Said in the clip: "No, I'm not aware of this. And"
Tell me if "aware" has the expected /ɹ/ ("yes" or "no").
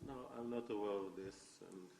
no